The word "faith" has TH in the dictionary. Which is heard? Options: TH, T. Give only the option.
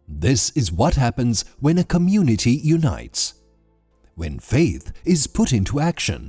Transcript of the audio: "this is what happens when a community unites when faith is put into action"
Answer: TH